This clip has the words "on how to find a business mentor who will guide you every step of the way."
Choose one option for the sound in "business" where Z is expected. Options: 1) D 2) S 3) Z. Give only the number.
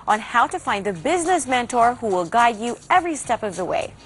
3